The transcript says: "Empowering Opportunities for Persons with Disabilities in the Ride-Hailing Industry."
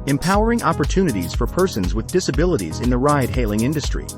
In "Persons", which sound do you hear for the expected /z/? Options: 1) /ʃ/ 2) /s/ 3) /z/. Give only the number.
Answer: 3